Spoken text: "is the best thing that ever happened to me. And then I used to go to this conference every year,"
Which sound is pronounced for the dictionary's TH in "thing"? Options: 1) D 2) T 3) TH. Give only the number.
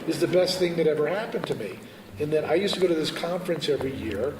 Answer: 3